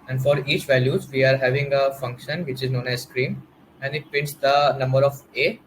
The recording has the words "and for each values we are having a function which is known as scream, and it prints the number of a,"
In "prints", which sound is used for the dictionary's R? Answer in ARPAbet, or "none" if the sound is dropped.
none